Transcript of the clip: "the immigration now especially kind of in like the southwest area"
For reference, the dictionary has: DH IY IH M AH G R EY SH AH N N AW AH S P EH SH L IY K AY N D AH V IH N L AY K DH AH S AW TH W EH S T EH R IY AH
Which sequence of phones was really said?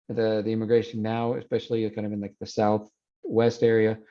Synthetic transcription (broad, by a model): DH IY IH M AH G R EY AH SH N AW AH S P EH SH L IY K AY N D AH V IH N L AY K DH AH S AW TH W EH S T EH R IY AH